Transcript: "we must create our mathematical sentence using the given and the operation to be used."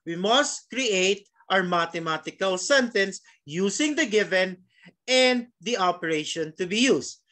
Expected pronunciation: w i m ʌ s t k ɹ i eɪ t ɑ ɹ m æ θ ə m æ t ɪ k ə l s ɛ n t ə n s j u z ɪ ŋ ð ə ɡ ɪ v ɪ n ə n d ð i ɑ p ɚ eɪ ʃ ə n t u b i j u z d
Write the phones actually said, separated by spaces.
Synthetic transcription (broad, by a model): w i m ʌ s t k ɹ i eɪ t ɑ ɹ m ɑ t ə m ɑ t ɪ k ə l s ɛ n t ə n s j u s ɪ ŋ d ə ɡ ɪ v ɪ n ə n d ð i ɑ p ɚ eɪ ʃ ə n t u b i j u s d